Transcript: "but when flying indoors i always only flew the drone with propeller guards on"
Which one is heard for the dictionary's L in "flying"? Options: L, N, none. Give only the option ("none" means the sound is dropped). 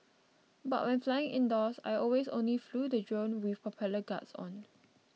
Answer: L